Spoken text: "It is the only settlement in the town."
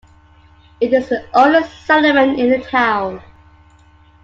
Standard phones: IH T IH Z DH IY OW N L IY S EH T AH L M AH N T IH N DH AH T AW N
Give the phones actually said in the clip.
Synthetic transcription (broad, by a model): IH T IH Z DH IY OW L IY S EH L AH M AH N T IH N DH AH T AW N